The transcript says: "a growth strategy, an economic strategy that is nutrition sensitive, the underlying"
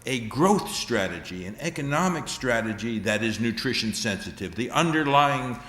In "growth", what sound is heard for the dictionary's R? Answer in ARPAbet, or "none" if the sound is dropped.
R